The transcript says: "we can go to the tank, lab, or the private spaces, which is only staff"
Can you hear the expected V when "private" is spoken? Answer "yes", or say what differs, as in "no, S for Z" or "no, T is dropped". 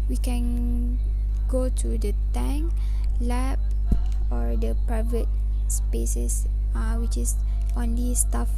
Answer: yes